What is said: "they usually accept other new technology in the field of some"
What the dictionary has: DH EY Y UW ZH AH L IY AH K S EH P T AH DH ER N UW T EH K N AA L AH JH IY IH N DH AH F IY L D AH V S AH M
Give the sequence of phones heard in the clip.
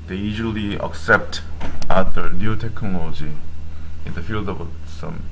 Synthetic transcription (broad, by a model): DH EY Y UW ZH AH L IY AH K S EH P T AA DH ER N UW T EH K N AA L AH JH IY IH N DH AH F IY L D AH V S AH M